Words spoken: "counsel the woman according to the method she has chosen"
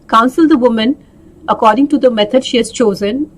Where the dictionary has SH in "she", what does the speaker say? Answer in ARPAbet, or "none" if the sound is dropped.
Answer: SH